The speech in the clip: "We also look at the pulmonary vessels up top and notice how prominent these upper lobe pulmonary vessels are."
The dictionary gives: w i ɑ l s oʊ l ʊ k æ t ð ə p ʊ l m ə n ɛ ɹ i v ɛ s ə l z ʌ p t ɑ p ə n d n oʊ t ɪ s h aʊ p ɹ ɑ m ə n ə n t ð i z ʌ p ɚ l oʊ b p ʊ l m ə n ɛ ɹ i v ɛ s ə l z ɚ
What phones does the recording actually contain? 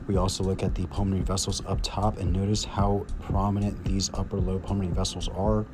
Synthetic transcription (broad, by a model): w i ɑ l s oʊ l ʊ k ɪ t ð ə p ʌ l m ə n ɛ ɹ i v ɛ s l z ʌ p t ɑ p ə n n oʊ t ɪ s h aʊ p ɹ ɑ m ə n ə n ð i z ʌ p ɚ l oʊ p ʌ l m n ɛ ɹ i v ɛ s l z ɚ